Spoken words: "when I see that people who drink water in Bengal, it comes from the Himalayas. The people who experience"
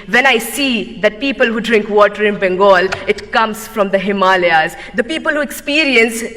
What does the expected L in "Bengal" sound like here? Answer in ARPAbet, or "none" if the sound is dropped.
L